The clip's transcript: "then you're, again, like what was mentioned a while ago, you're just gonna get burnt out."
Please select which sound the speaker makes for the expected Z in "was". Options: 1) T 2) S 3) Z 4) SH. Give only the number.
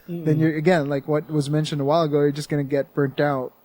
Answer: 3